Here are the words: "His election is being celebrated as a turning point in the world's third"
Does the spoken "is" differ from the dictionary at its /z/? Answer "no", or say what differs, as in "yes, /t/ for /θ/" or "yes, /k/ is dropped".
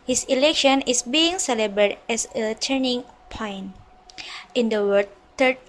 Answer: yes, /s/ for /z/